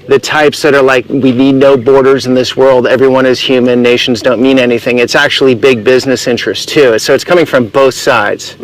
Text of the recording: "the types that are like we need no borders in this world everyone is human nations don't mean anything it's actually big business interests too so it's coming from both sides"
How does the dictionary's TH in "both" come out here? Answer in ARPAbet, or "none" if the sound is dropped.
TH